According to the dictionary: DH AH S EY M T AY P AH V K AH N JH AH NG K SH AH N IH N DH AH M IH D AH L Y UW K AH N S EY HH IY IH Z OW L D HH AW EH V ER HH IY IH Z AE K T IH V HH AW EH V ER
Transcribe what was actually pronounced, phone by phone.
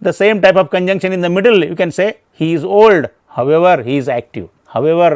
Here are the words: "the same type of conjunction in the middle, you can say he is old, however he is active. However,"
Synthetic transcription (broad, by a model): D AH S EY M T AY P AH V K AH N JH AH NG K SH AH N IH N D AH M IH D AH L Y UW K AH N S EY HH IY IH Z OW L D HH AW EH V ER HH IY IH Z AE K T IH V HH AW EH V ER